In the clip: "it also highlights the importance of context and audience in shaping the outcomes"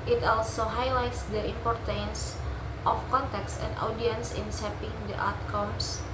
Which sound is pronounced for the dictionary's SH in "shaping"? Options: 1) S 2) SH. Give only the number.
1